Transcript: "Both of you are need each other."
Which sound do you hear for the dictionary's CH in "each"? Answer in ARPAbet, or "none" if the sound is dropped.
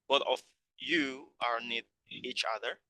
CH